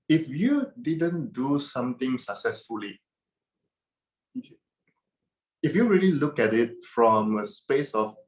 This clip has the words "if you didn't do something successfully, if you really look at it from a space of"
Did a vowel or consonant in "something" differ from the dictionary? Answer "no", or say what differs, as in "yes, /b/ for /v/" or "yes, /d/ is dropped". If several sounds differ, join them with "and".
yes, /t/ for /θ/